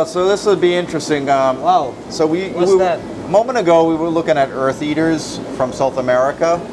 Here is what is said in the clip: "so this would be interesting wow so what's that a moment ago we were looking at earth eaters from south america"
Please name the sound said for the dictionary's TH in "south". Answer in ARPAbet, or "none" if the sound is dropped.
TH